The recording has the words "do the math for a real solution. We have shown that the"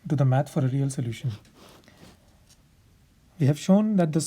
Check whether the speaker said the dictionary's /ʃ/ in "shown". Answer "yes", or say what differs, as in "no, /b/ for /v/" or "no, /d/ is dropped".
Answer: yes